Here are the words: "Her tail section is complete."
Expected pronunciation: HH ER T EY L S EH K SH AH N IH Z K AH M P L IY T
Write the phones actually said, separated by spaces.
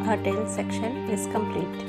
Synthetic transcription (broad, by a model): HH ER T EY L S EH K SH AH N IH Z K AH M P L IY T